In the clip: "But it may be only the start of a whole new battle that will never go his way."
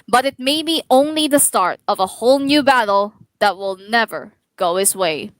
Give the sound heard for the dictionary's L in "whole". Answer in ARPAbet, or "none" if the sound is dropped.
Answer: L